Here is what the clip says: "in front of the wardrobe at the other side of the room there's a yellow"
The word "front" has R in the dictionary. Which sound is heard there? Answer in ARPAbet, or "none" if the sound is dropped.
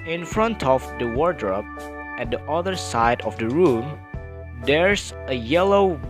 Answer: R